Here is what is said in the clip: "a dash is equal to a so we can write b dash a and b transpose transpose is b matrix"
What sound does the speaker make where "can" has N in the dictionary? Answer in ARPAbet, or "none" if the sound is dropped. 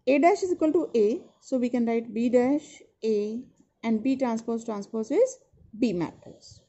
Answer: N